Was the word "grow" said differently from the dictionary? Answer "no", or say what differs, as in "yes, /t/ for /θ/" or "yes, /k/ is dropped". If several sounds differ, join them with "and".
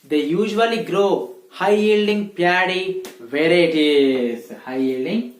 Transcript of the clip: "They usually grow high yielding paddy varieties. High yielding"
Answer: no